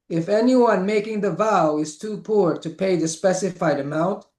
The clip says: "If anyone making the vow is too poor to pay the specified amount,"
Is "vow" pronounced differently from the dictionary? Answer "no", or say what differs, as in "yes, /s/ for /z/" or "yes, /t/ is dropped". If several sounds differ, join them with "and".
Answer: no